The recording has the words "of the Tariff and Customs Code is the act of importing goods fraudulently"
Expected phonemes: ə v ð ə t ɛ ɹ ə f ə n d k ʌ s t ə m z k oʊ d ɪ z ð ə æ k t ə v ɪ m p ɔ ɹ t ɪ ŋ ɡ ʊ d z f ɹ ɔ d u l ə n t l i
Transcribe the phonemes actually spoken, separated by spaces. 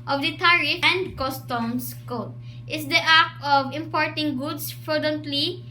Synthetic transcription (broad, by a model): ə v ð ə t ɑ ɹ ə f ə n d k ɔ s t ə m s k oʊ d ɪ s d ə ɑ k ə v ɪ m p ɔ ɹ t ɪ ŋ ɡ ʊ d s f ɹ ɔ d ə n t l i